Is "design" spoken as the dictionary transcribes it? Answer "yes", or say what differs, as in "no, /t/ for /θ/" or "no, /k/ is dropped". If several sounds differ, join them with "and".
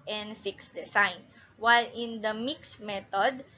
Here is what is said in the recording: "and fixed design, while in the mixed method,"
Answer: no, /s/ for /z/